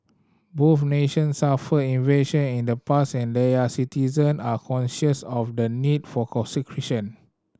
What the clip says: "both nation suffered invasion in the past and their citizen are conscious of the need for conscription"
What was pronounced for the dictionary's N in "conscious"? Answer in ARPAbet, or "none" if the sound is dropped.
N